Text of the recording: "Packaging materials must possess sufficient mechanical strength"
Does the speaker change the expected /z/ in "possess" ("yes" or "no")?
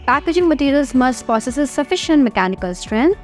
yes